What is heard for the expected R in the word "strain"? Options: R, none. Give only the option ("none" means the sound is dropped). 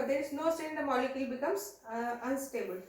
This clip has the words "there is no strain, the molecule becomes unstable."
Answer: none